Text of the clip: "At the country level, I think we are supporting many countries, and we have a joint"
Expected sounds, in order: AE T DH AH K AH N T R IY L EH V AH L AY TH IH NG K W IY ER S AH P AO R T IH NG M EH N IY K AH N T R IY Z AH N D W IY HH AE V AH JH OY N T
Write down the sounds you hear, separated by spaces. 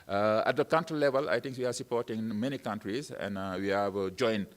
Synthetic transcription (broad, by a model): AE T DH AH K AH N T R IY L EH V AH L AY T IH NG K W IY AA S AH P AO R T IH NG M EH N IY K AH N T R IY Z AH N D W IY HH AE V JH OY N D